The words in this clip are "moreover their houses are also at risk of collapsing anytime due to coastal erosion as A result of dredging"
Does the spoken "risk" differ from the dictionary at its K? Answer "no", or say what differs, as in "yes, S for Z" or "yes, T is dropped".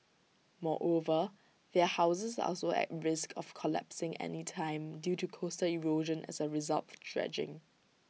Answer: no